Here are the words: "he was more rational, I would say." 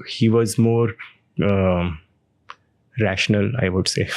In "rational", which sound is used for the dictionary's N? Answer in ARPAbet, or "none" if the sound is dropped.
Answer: N